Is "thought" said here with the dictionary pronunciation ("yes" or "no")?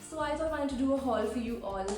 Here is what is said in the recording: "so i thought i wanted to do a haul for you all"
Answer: no